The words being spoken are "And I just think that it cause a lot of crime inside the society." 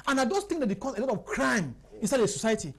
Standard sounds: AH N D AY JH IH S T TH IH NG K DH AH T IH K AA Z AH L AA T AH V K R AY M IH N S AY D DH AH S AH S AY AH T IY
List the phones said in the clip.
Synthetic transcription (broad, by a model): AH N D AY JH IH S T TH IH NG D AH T IH K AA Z AH L AA T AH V K R AY M IH N S AY D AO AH S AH S AY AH T IY